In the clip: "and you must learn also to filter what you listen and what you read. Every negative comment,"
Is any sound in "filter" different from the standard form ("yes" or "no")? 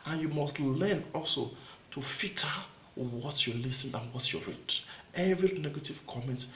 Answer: yes